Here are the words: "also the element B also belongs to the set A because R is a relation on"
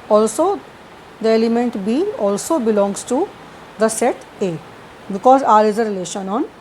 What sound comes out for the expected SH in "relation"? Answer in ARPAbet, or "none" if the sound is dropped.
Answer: SH